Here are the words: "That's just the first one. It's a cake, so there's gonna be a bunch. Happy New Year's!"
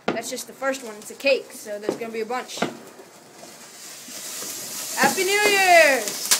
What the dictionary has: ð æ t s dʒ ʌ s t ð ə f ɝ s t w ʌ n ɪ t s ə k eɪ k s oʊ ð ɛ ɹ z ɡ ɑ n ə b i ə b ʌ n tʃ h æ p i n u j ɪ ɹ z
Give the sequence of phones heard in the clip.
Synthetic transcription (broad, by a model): ð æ t s dʒ ʌ s t ð ə f ɝ s t w ʌ n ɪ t ə k eɪ k s oʊ ð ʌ ɹ z ɡ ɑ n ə b i ə b ʌ n tʃ h æ p i n u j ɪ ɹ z